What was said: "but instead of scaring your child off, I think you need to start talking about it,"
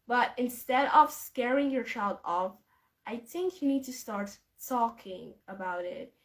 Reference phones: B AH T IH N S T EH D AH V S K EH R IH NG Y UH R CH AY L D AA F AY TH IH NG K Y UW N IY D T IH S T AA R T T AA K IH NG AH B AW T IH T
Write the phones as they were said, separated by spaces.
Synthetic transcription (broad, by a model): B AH T IH N S T EH D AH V S K EH R IH NG Y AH R CH AY L D AA F AY TH IH NG K Y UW N IY D T IH S T AA R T T AA K IH NG AH B AW T IH T